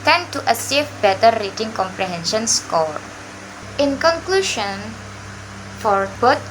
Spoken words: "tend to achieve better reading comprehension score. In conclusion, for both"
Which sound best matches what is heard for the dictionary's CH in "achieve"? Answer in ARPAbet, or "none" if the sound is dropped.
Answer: S